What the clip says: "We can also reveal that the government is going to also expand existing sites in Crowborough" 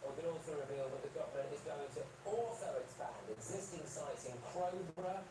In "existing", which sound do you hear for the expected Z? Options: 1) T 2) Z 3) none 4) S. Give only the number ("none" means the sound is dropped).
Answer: 2